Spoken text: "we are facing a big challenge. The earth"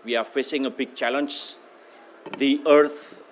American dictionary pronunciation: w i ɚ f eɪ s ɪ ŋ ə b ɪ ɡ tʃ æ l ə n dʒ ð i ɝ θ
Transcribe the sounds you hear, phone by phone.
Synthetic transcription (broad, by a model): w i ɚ f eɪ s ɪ ŋ ə b ɪ ɡ tʃ æ l ə n dʒ ð i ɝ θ